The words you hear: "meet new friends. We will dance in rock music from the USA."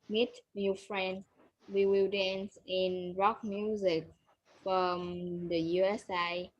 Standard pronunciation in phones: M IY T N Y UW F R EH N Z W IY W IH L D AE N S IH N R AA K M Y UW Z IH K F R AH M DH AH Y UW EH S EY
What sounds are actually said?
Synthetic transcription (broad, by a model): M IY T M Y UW F R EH N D W IY W IH L D AE N S IH N R AA K M Y UW Z IH K F R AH M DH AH Y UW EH S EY